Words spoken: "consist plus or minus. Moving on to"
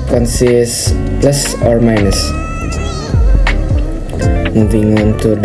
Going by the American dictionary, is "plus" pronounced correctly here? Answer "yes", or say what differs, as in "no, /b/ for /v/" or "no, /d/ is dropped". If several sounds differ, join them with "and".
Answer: yes